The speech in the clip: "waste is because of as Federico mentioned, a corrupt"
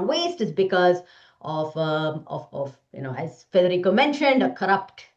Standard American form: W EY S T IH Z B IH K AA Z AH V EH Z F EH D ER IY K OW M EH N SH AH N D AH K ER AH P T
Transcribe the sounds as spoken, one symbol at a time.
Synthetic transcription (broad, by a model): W EY S T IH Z B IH K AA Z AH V EH Z F EH D ER IY K OW M EH N SH AH N D AH K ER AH P T